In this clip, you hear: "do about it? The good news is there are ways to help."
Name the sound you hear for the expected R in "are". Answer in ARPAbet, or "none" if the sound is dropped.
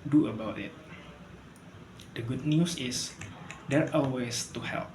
L